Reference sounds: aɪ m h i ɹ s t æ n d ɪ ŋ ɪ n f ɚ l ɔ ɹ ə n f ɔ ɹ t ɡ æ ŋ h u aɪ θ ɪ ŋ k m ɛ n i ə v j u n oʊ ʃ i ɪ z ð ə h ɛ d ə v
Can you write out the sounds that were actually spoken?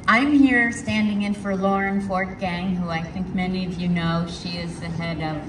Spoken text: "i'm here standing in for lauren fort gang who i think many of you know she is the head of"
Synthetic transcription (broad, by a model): aɪ m h i ɹ s t æ n d ɪ ŋ ɪ n f ɚ l ɔ ɹ ə n f ɔ ɹ t ɡ æ ŋ h u aɪ θ ɪ ŋ k m ɛ n i ə v j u n oʊ ʃ i ɪ z ð ə h ɛ d ə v